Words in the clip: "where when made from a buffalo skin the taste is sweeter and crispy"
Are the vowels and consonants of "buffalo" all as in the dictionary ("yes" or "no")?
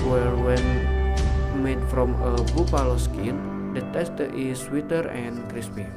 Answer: no